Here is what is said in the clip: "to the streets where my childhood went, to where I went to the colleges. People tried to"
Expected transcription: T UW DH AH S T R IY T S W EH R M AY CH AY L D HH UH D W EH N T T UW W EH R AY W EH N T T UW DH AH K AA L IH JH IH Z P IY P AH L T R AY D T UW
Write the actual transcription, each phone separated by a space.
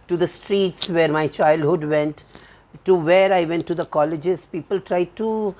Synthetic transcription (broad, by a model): T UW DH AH S T R IY T S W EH R M AY CH AY L D HH UH D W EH N T T UW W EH R AY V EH N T T UW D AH K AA L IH JH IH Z P IY P AH L T R AY D T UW